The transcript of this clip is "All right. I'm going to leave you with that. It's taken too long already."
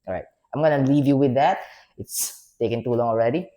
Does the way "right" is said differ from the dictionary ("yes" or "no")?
no